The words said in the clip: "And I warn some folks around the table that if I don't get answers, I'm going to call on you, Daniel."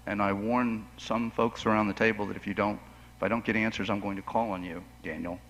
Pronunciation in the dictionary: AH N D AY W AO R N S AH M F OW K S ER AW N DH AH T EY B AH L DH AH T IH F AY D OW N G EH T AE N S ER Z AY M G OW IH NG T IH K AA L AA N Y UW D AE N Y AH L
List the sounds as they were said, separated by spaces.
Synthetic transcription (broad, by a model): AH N AY W AO R N S AH M F OW K S ER AW N DH AH T EY B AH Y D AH T IH F AY D OW N G EH T AE N S ER Z AY M G OW IH NG T IH K AA L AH N Y UW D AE N Y L